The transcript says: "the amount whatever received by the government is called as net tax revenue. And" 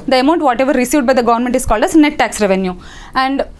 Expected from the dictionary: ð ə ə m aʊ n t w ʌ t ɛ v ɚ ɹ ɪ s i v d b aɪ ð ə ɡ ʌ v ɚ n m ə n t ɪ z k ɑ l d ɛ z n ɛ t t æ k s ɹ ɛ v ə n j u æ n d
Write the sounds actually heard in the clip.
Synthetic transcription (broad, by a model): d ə ə m aʊ n t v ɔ t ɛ v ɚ ɹ ɪ s i v d b aɪ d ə ɡ ʌ v ɚ n m ə n t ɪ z k ɑ l d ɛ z n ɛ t t æ k s ɹ ɛ v ə n j u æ n d